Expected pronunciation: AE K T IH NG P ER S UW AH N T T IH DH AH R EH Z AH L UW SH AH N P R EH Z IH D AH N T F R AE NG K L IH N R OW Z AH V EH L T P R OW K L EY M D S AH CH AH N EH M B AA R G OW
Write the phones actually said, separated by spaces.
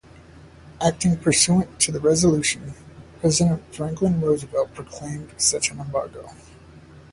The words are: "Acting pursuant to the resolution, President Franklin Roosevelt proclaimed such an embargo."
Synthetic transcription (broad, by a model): AE K T IH NG P ER S UW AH N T T IH DH AH R EH Z AH L UW SH AH N P R EH Z IH D AH N T F R AE NG K L IH N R OW Z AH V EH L P R OW K L EY M D S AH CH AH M EH M B AA R G OW